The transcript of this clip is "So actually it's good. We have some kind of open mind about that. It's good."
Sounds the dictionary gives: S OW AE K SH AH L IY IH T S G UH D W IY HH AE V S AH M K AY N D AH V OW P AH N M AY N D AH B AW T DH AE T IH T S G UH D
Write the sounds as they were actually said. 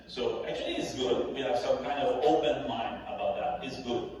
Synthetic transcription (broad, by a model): S OW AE K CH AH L IY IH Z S G UH D W IY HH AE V S AH M K AY N D AH V OW P AH N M AY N AH B AW T DH AE T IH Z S G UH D